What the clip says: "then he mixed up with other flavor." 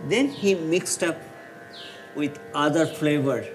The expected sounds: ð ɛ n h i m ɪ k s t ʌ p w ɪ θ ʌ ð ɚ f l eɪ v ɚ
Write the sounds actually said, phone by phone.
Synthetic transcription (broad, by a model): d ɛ n h i m ɪ k s t ʌ p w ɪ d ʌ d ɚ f l eɪ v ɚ